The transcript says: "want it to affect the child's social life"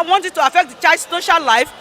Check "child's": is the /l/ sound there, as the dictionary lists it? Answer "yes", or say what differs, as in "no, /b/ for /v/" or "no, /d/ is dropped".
no, /l/ is dropped